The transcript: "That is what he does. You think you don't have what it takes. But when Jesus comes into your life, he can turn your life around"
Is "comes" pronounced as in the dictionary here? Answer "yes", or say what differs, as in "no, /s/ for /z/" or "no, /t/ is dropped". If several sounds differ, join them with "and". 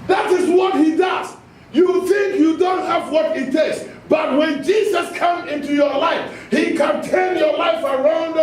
no, /z/ is dropped